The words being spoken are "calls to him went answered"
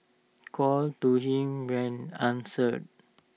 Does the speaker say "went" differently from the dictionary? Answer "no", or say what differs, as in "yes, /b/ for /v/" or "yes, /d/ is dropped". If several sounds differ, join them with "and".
yes, /t/ is dropped